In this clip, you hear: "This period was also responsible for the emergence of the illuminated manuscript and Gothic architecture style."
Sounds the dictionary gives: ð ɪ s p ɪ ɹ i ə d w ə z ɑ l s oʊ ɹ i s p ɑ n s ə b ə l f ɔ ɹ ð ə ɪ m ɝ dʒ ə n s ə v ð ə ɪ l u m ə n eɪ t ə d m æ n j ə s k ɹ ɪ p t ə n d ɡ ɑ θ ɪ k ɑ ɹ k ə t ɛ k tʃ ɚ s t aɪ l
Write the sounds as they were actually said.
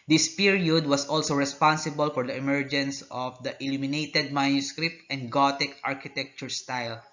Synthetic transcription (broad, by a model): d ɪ s p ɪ ɹ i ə d w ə s ɑ l s oʊ ɹ i s p ɑ n s ə b ə l f ɔ ɹ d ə ɪ m ɝ dʒ ə n s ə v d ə ɪ l u m ə n eɪ t ə d m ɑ n j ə s k ɹ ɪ p t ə n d ɡ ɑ t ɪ k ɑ ɹ k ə t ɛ k tʃ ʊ s t aɪ l